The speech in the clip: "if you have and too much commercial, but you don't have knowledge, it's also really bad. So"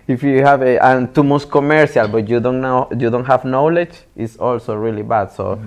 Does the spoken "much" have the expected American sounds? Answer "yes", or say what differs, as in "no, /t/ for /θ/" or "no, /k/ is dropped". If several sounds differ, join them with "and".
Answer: no, /s/ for /tʃ/